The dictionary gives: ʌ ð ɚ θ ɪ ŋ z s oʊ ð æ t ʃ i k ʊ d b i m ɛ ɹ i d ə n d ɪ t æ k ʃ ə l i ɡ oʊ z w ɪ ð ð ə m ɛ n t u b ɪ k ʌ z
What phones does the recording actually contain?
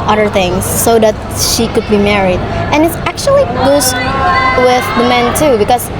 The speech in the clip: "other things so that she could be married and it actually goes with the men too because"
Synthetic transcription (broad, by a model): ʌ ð ɚ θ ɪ ŋ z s oʊ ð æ t ʃ i k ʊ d b i m ɛ ɹ i d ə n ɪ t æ k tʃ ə l i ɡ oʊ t w ɪ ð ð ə m ɛ n t u b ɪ k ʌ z